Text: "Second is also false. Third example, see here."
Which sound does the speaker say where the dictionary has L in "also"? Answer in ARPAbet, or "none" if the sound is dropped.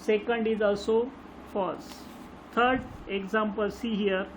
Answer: L